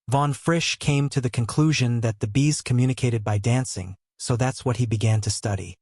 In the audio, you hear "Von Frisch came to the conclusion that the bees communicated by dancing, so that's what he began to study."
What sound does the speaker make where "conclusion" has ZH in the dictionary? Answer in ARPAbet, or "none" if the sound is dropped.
ZH